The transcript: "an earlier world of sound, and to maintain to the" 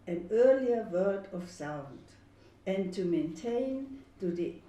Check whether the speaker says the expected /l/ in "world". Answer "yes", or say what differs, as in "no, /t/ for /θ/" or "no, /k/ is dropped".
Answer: no, /l/ is dropped